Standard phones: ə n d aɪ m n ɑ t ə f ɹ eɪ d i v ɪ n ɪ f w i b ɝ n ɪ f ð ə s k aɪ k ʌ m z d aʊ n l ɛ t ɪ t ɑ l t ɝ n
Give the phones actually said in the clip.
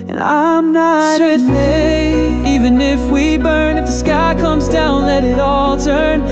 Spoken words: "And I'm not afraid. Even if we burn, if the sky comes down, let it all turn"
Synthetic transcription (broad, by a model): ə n aɪ m n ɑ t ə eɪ i v ɪ n ɪ f w i b ɝ n ɪ f ð ə s k aɪ k ʌ m z d aʊ n l ɛ t ɪ t ɑ l t ɝ n